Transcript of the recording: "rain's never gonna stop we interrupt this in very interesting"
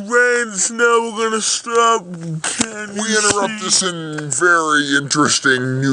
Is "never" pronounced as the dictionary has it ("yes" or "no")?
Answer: no